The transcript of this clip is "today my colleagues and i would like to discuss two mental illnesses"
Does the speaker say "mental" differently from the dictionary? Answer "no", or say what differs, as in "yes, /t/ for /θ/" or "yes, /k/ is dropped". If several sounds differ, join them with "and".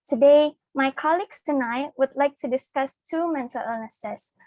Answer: yes, /s/ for /t/